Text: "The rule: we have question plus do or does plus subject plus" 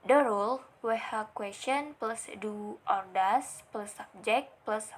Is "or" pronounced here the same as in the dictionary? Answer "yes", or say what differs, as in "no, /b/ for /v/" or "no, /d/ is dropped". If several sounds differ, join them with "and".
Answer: yes